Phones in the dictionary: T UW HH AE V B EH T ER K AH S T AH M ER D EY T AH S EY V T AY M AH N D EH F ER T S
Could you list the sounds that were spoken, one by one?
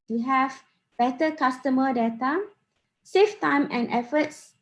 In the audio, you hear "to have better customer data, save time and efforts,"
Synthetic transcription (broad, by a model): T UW HH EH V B EH T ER K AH S T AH M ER D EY T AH S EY F T AY M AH N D EH F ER T S